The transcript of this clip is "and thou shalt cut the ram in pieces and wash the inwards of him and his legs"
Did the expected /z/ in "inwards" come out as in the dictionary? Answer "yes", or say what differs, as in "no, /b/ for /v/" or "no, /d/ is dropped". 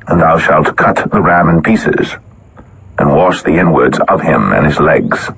yes